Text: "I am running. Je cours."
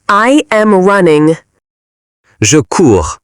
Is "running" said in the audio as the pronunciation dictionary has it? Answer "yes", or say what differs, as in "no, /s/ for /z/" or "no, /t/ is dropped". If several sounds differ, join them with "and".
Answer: yes